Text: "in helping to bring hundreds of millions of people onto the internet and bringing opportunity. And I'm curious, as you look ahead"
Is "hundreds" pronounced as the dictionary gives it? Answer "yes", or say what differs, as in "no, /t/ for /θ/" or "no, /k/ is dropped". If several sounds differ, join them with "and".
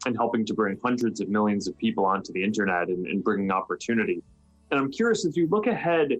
yes